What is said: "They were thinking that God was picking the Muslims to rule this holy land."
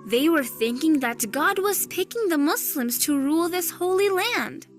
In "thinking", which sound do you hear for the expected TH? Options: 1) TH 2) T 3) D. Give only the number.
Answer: 1